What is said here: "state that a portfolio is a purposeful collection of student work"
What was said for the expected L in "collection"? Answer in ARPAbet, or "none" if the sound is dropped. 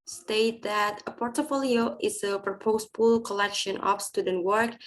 L